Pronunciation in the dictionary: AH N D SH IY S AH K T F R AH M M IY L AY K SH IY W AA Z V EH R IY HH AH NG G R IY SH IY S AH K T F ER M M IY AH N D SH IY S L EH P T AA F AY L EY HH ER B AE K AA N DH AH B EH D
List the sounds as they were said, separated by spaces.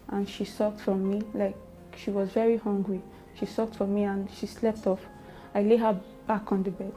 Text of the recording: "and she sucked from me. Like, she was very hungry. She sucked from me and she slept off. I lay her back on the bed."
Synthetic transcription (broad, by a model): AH N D SH IY S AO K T F R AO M M IY L AY K SH IY W AA Z V EH R IY HH AH NG G R IY SH IY S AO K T F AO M M IY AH N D SH IY S L EH P T AA F AY L EY HH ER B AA K AA N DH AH B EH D